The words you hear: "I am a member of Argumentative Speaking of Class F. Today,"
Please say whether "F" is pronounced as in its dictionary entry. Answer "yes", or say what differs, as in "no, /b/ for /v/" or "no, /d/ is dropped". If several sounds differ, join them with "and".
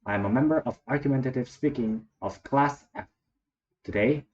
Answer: no, /p/ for /f/